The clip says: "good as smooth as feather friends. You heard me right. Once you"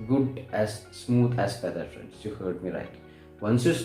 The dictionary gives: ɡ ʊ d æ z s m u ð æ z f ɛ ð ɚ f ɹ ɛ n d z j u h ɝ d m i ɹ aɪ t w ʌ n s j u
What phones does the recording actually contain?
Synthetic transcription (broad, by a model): ɡ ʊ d æ z s m u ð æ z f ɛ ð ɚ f ɹ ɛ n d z j u h ɝ d m i l aɪ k w ʌ n s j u